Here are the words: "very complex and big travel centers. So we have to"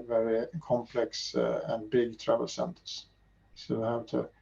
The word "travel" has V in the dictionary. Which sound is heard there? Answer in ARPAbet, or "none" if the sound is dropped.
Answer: V